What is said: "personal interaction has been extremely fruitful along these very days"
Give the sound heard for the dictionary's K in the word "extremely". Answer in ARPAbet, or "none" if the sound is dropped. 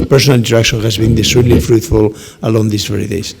none